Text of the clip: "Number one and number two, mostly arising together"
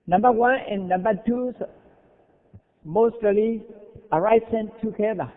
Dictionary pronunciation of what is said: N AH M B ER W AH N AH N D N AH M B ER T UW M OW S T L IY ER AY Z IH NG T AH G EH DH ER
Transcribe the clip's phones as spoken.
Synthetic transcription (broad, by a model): N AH M B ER W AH N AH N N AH M B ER T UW M OW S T L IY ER AY S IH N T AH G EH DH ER